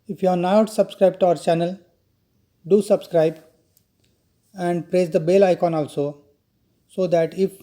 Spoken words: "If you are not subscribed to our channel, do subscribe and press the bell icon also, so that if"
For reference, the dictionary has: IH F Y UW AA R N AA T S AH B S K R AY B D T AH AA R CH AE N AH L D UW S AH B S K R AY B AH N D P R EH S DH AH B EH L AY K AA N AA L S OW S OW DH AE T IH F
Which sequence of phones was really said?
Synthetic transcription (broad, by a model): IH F Y UW AA R N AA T S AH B S K R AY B T AA R CH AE N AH L D UW S AH B S K R AY B AH N D P R EH S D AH B EH L AY K AA N AA L S OW S OW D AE T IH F